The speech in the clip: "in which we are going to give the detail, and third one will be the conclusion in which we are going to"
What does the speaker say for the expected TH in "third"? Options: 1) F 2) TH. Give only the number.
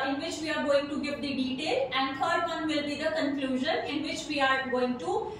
1